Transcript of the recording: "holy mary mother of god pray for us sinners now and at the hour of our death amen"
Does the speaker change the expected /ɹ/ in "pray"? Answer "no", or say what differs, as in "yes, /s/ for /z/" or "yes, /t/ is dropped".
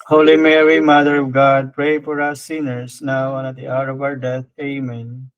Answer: no